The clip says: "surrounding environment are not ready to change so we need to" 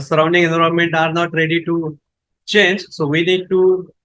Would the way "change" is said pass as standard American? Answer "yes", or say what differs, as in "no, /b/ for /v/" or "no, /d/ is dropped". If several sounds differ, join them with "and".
yes